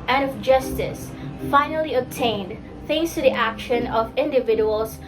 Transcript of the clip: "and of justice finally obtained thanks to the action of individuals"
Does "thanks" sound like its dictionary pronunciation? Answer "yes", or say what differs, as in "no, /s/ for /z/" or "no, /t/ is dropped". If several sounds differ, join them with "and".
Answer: no, /k/ is dropped